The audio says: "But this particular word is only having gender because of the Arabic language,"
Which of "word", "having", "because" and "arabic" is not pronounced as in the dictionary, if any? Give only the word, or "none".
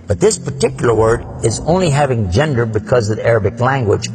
none